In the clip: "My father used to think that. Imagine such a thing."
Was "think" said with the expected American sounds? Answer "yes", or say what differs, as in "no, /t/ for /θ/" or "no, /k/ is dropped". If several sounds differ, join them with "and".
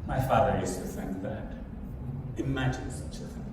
yes